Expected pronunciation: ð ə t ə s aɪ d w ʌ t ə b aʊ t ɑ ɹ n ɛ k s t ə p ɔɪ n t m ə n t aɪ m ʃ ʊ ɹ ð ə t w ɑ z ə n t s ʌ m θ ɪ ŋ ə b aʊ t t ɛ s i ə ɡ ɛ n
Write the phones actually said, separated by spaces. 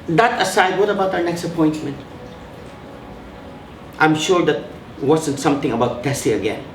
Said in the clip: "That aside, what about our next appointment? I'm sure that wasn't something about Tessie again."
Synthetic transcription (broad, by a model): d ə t ə s aɪ d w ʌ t ə b aʊ t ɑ w n ɛ k s t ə p ɔɪ n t m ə n t aɪ m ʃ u ɹ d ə t w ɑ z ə n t s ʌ m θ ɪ ŋ ə b aʊ t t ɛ s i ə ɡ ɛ n